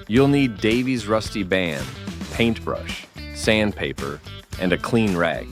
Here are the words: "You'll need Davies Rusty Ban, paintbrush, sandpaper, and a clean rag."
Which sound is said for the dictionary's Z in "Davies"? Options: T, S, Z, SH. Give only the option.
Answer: Z